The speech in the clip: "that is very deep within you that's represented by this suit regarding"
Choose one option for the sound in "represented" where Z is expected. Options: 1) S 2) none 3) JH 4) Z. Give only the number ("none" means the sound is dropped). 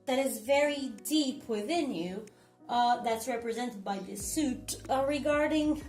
4